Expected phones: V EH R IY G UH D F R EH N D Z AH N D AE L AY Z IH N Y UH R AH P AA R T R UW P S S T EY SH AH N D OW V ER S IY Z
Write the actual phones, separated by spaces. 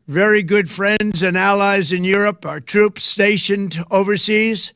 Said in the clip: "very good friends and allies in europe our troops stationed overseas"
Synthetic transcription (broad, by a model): V EH R IY G UH D F R EH N D Z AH N AE L AY Z IH N Y UH R AH P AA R T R UW P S S T EY SH AH N D OW V ER S IY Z